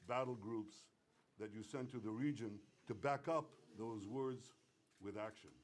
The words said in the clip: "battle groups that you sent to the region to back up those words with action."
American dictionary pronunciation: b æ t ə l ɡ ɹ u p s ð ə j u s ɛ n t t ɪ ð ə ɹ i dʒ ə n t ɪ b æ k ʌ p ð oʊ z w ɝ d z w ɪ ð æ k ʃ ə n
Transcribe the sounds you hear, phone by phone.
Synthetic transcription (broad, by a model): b æ t l ɡ ɹ u p s ð ə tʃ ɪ s ɛ n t t ɪ ð ə ɹ i dʒ ə n t ɪ b æ k ʌ p ð oʊ z w ɝ d z w ɪ ð æ k ʃ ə n